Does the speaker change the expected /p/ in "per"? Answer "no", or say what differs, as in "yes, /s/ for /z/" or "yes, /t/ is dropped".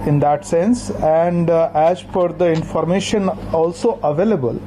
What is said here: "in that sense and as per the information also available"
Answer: yes, /f/ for /p/